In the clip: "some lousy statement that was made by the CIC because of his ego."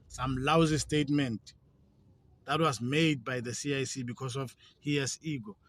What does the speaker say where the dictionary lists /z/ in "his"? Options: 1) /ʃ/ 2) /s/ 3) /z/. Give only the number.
2